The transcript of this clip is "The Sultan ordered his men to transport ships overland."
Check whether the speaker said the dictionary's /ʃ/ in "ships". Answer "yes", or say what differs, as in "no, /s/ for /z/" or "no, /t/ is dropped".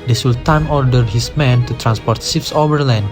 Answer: no, /s/ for /ʃ/